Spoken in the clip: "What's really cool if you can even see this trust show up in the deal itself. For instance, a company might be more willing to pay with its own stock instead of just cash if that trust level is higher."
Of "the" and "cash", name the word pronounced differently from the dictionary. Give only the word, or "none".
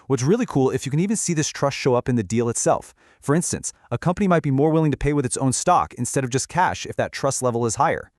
none